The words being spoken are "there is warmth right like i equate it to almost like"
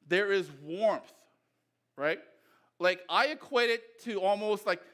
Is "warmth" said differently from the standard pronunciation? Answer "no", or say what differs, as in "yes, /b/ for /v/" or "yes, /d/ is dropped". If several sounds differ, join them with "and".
no